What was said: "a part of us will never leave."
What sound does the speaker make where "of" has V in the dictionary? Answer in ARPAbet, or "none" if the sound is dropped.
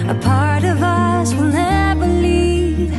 V